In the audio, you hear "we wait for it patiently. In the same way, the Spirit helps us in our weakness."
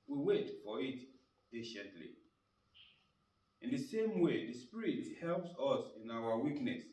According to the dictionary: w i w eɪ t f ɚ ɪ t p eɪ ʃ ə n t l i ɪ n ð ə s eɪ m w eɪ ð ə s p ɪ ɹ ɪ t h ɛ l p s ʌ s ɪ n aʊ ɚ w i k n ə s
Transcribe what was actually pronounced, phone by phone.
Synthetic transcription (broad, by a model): w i w eɪ t f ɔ ɪ t p eɪ ʃ ə n t l i ɪ n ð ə s eɪ m w eɪ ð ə s p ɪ ɹ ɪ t h ɛ l p s ʌ s ɪ n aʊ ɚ w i k n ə s